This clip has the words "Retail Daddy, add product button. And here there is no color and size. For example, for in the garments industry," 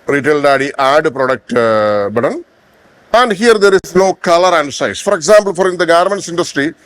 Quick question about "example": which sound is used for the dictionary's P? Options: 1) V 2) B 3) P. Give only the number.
2